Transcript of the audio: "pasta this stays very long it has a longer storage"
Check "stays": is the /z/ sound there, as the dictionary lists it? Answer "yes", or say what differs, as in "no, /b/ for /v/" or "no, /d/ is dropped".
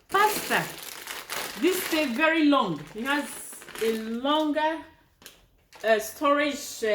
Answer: no, /z/ is dropped